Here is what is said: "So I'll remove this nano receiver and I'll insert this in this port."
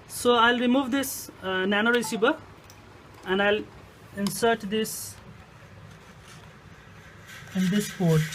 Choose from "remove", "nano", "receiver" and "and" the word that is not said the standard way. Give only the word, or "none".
receiver